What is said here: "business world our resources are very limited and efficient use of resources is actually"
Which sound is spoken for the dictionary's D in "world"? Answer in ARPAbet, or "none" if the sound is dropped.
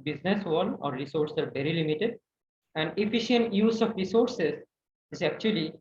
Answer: none